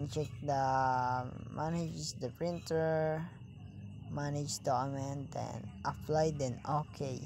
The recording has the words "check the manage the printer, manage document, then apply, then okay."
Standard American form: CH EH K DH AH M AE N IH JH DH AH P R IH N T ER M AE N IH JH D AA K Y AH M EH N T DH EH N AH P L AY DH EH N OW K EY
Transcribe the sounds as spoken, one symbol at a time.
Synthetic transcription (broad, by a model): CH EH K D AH M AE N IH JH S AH P R IH N T ER M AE N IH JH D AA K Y M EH N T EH N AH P L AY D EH N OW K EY